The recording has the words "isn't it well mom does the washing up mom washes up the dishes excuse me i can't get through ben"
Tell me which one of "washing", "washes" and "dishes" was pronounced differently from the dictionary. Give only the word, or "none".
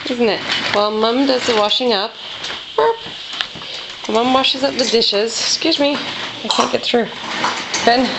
none